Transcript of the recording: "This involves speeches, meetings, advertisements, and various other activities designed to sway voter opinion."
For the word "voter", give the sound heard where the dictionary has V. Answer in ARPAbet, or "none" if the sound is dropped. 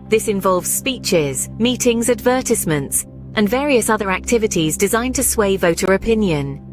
V